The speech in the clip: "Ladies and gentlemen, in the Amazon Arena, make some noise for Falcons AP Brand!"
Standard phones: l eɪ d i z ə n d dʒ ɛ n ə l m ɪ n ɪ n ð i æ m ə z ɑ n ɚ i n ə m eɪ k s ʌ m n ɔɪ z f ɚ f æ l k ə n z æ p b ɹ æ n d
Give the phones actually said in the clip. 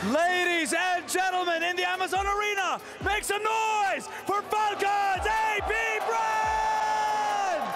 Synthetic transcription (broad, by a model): l eɪ d i z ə n dʒ ɛ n l m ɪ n ɪ n ð i æ m ə z ɑ n ɚ i n ə m eɪ k s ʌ n ɔɪ z f ɚ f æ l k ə z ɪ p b ɹ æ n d